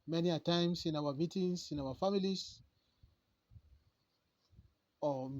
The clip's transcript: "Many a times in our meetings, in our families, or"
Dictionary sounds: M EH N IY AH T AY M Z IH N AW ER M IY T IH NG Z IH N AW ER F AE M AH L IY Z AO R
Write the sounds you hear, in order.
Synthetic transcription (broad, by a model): M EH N IY AH T AY M S IH N AW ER M IY T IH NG S IH N AW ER F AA M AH L IY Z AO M